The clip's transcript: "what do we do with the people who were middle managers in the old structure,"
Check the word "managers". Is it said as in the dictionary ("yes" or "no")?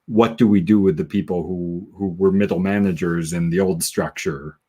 yes